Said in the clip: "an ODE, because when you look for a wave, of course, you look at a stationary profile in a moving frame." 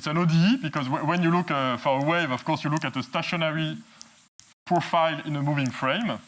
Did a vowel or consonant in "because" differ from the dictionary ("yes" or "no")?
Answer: no